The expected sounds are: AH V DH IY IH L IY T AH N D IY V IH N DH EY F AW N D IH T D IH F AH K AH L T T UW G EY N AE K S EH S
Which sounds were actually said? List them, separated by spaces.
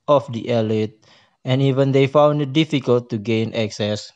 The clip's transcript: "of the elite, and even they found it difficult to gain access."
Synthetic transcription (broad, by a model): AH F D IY IH L IY T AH N IY V IH N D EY F AW N D IH T D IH F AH K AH L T T UW G EY N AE K S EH S